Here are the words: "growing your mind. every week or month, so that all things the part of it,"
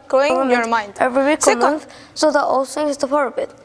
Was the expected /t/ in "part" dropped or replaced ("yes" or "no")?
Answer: yes